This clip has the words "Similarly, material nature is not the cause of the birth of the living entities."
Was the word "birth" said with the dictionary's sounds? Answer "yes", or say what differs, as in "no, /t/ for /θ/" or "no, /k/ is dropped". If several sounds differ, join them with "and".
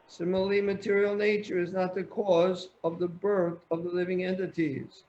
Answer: yes